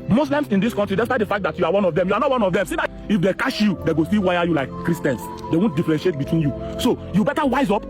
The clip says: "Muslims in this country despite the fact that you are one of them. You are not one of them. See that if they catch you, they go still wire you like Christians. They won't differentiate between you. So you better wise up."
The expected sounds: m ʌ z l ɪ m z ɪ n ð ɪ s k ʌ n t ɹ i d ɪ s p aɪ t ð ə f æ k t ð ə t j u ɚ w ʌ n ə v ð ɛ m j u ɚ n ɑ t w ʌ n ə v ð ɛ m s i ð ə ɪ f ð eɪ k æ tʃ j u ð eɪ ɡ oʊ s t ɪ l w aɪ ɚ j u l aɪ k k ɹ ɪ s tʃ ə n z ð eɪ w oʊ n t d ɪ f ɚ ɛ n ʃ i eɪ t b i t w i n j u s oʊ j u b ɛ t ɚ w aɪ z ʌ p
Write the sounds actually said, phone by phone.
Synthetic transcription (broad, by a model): m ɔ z l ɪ m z ɪ n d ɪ s k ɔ n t ɹ i d ɪ s p aɪ t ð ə f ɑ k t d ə t j u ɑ w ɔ n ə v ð ɛ m j u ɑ n ɑ t w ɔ n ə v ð ɛ m s i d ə ɪ f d eɪ k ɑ ʃ j u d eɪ ɡ oʊ s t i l w aɪ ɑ j u l aɪ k k ɹ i s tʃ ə n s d eɪ w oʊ n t d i f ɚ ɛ n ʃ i eɪ t b i t w i n j u s oʊ j u b ɛ t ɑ w aɪ z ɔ p